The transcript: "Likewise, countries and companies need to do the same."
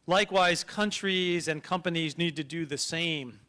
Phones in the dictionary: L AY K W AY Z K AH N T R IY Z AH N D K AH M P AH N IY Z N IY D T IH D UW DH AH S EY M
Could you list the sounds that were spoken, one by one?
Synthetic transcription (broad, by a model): L AY K W AY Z K AH N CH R IY Z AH N K AH M P AH N IY Z N IY D T IH D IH DH AH S EY M